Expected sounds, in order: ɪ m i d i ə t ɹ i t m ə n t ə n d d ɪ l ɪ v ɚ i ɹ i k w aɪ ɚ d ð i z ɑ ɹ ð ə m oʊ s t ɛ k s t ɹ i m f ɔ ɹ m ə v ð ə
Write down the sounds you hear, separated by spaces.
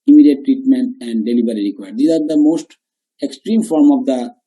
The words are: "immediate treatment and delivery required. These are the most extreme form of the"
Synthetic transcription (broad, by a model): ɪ m i d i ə t ɹ i t m ə n t ə n d d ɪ l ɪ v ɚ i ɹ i k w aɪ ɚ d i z ɑ ɹ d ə m oʊ s t ɛ k s t ɹ i m f ɔ ɹ m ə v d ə